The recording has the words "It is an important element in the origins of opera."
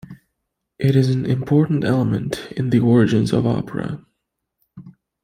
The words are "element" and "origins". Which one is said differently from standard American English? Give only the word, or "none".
none